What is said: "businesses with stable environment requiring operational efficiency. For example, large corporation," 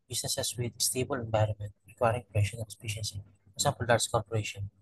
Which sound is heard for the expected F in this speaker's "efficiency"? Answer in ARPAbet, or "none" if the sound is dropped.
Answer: P